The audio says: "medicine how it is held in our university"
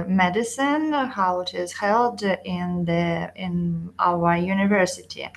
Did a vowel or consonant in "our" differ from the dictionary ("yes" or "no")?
yes